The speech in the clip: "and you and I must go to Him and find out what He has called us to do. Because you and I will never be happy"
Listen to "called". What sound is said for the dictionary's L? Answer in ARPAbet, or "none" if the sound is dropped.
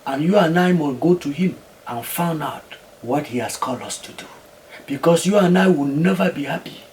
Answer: L